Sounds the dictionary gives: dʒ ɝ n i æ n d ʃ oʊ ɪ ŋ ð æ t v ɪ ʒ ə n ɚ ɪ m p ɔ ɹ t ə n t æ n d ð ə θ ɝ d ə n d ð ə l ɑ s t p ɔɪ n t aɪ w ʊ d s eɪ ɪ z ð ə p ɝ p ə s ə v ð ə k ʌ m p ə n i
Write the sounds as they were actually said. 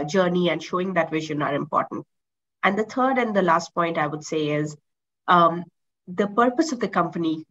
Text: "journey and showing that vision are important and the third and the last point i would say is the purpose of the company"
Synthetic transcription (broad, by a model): dʒ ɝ n i æ n d ʃ oʊ ɪ ŋ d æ t v ɪ ʒ ə n ɚ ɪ m p ɔ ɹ t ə n t æ n d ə t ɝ d ə n d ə l ɑ s t p ɔɪ n t aɪ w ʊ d s eɪ ɪ z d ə p ɝ p ə s ə v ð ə k ʌ m p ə n i